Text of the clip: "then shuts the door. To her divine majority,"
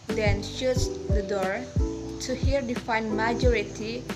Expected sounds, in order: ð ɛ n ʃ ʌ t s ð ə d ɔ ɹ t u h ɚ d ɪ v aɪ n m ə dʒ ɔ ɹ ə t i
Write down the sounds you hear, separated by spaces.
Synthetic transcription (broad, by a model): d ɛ n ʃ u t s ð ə d ɔ ɹ t u h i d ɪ f aɪ n m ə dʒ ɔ ɹ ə t i